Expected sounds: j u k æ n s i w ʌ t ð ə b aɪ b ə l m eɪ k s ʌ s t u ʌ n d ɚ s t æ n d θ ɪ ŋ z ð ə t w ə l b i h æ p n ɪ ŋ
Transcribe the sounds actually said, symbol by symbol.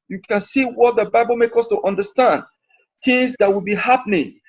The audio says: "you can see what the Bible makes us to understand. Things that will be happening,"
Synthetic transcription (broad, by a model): j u k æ n s i w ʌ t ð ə b aɪ b ə l m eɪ k ʌ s t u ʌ n d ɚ s t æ n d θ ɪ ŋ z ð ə t w ə l b i h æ p n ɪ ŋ